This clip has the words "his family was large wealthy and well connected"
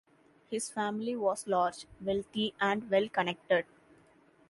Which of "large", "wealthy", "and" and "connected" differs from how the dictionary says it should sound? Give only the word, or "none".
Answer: wealthy